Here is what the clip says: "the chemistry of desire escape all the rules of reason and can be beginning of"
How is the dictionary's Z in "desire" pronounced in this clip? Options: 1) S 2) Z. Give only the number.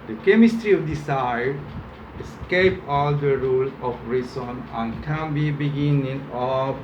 1